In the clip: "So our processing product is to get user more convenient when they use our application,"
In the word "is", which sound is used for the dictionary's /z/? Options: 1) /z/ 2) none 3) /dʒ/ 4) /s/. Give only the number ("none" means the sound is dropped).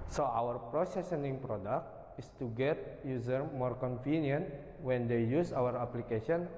4